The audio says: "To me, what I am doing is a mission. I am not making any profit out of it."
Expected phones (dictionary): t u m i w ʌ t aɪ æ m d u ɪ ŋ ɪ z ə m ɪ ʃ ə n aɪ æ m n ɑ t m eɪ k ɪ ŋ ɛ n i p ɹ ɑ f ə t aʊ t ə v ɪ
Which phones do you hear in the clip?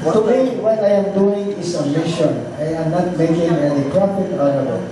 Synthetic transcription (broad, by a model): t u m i w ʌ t aɪ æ m d u ɪ ŋ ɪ s ə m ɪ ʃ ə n aɪ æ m n ɑ t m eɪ k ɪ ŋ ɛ l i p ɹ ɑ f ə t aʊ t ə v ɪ